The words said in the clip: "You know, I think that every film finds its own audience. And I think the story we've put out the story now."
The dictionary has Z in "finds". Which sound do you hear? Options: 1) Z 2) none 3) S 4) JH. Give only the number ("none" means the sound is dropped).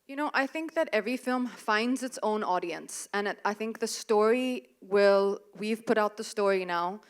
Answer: 1